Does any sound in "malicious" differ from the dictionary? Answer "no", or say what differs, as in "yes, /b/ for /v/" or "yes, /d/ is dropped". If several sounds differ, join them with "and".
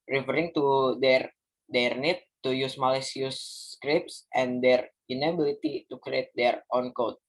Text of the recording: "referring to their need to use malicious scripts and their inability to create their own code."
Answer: yes, /s/ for /ʃ/